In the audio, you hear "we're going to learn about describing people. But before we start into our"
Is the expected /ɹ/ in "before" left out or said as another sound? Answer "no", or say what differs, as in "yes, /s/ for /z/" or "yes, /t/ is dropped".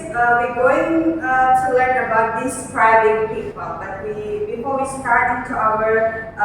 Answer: yes, /l/ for /ɹ/